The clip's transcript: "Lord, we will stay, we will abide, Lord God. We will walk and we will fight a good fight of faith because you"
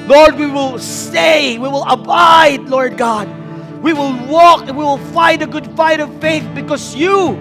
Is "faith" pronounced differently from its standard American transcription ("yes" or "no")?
no